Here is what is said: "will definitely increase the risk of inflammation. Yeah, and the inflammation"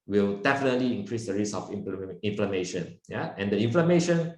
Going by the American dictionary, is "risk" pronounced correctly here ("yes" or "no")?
no